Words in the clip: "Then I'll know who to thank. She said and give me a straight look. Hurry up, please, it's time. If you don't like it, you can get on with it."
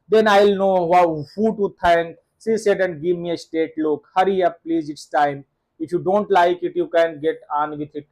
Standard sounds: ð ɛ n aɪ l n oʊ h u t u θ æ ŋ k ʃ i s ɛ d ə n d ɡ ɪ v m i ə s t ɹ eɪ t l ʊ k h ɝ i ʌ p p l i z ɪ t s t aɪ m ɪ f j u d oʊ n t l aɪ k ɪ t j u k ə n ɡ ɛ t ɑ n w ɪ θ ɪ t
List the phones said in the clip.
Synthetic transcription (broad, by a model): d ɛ n aɪ l n oʊ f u t u t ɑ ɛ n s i s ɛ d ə n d ɡ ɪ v m i ə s t eɪ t l ʊ k h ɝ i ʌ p p l i z ɪ t s t aɪ m ɪ f j u d oʊ n t l aɪ k ɪ t j u k ə n ɡ ɛ t ɑ n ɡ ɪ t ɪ t